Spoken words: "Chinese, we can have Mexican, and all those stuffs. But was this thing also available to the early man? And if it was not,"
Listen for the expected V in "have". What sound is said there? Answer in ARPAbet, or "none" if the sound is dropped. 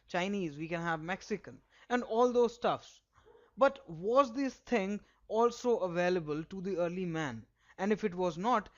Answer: V